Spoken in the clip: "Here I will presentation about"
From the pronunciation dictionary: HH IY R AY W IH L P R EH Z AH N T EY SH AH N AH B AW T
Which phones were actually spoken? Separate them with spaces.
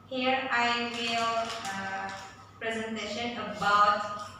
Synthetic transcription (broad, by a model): HH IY R AY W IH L P R EH Z AH N T EY SH AH N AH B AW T